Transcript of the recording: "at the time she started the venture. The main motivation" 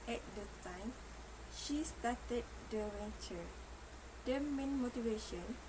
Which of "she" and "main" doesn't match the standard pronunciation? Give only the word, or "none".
none